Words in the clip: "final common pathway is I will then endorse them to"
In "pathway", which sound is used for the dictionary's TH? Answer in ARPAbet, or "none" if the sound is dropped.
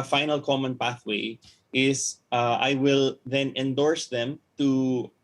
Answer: TH